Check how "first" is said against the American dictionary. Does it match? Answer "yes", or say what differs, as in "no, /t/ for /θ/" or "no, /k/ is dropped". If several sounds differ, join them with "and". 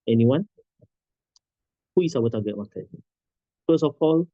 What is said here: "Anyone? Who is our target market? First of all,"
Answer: no, /t/ is dropped